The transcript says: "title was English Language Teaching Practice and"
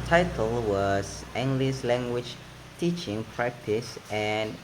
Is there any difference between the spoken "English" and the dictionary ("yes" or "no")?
yes